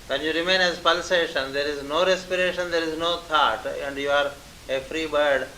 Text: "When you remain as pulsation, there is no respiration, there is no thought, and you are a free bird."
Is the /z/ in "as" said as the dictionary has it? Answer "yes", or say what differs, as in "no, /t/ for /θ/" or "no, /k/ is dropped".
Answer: yes